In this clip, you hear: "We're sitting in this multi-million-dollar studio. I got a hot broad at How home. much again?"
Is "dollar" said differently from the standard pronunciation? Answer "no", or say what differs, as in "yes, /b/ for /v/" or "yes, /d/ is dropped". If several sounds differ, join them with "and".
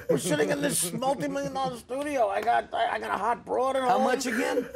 yes, /l/ is dropped